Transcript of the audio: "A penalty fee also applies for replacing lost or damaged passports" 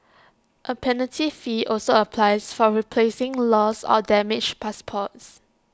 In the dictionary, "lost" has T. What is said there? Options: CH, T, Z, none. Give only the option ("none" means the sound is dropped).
none